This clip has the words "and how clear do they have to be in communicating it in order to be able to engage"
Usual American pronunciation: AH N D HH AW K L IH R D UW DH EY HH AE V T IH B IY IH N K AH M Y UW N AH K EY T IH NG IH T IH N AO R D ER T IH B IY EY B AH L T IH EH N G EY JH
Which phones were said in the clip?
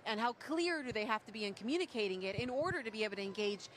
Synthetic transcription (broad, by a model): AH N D HH AW K L IH R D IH DH EY HH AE F T IH B IY IH N K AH M Y UW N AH K EY T IH NG IH T IH N AO R D ER T IH B IY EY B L T IH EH N G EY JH